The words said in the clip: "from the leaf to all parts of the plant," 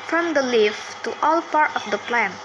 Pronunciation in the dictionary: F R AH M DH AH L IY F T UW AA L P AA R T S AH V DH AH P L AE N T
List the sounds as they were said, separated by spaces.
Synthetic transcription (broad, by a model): F R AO M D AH L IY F T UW AA L P AA R T AH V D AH P L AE N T